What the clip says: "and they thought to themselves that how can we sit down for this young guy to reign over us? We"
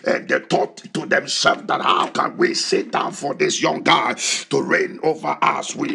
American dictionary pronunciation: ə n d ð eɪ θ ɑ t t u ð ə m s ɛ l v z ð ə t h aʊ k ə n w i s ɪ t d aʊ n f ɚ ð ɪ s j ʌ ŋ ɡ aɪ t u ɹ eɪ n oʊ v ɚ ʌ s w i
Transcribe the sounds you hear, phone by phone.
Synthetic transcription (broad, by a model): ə n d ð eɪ t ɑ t t u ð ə m s ɛ l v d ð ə t h aʊ k ə n w i s ɪ t d aʊ n f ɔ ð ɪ s j ʌ ŋ ɡ aɪ t u ɹ eɪ n oʊ v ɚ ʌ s w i